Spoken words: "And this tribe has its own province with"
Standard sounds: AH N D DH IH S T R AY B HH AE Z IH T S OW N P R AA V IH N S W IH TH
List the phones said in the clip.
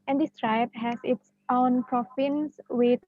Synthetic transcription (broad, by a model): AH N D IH S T R AY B HH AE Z IH T S OW N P R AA F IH N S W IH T